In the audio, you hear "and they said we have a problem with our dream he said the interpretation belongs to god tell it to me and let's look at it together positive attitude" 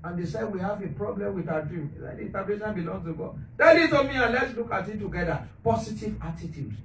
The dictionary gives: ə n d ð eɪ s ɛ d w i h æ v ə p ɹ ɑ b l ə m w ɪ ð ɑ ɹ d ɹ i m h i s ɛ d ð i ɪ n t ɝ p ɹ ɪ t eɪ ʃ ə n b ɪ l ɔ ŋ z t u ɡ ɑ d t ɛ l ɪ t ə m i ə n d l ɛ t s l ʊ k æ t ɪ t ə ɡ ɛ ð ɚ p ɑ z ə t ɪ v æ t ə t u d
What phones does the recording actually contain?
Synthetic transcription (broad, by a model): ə n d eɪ s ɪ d w i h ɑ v ə p ɹ ɑ b l ə m w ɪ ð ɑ d ɹ i m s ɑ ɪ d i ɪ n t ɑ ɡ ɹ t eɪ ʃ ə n b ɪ l ɔ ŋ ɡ t u ɡ ɑ d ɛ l ɪ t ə m i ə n l ɛ t s l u k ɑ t ɪ t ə ɡ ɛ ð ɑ p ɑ s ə t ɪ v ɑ t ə t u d